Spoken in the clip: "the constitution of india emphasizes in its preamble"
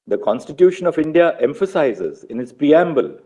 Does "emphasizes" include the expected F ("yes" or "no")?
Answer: yes